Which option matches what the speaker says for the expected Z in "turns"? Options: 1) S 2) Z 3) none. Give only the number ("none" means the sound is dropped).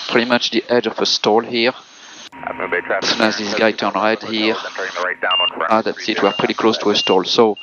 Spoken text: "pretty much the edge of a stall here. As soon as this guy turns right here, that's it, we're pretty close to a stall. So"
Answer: 3